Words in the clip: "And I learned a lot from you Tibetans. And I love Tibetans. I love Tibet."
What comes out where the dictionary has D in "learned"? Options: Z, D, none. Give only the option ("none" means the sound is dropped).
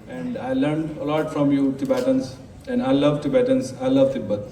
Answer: D